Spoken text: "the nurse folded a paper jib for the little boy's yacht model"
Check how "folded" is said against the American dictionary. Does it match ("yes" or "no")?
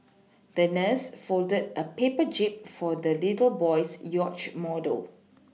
yes